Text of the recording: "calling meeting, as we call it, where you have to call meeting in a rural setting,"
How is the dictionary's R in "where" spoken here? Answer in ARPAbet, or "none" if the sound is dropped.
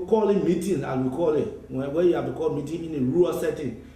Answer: W